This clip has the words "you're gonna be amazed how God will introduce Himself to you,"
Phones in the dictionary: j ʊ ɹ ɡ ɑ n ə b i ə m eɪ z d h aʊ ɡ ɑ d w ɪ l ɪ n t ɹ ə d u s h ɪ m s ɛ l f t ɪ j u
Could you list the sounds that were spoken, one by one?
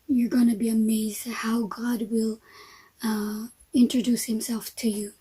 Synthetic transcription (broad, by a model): j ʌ ɹ ɡ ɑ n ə b i ə m eɪ z d h aʊ ɡ ɑ d w ɪ l ɪ n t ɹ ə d u s h ɪ m s ɛ l f t ɪ j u